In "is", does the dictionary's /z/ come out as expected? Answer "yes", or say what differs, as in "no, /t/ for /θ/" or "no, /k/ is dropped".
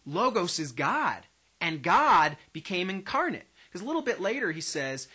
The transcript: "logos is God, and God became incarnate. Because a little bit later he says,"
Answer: yes